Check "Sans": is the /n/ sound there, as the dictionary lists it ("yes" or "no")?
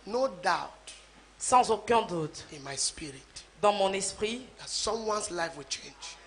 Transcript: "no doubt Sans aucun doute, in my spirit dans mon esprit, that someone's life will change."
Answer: no